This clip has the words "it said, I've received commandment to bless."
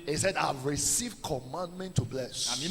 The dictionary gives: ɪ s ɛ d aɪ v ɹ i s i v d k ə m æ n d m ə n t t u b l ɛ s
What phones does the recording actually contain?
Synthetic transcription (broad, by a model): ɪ s ɛ d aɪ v ɹ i s i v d k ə m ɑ n d m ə n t t u b l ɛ s